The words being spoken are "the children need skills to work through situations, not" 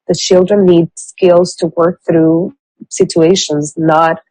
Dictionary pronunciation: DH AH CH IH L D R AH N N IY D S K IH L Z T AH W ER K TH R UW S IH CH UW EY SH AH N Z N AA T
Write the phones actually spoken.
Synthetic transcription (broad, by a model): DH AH CH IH L D R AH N N IY D S K IH L Z T AH W ER K TH R UW S IH CH UW EY SH AH N Z N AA T